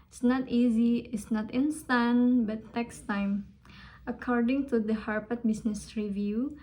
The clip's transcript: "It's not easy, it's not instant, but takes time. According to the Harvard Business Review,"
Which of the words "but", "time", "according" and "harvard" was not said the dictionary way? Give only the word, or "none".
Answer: harvard